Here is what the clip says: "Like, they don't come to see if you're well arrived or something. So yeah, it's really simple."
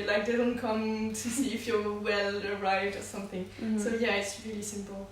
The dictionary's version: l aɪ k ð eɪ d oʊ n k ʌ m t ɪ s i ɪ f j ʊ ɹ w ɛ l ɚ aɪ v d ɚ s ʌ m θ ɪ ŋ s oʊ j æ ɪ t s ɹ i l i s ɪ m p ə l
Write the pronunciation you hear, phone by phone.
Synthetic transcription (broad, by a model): l aɪ k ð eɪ d oʊ n k ʌ m t ɪ s i ɪ f j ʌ w ɛ l ɚ aɪ v d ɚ s ʌ m θ ɪ ŋ s oʊ j æ ɪ t s ɹ i l i s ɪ m p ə l